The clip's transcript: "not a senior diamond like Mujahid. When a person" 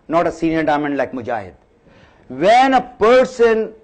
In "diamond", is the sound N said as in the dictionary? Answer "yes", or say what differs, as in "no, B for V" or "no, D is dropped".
yes